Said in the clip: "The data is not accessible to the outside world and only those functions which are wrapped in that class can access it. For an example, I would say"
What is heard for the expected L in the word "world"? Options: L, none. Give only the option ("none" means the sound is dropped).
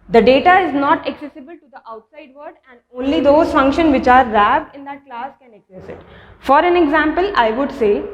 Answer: none